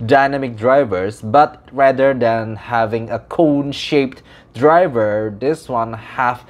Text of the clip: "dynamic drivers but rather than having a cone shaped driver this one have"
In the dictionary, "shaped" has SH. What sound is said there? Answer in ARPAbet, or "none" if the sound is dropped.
SH